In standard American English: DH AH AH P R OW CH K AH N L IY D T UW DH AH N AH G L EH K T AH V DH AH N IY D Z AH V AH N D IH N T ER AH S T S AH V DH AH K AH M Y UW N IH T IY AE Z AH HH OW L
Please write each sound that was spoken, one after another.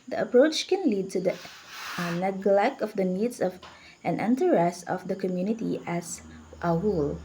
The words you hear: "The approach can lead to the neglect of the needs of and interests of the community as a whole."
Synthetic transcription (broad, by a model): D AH AH P R OW CH K AH N L IY D T UW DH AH N AH G L EH K T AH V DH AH N IY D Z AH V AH N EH N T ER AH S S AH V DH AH K AH M Y UW N IH T IY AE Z AH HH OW L